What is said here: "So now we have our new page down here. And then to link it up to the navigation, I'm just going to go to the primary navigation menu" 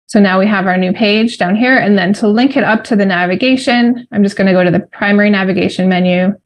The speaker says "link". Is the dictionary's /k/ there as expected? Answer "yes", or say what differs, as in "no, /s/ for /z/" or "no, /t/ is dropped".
yes